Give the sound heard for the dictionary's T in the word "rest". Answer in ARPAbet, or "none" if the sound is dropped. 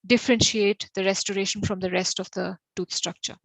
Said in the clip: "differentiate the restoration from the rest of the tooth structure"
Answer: T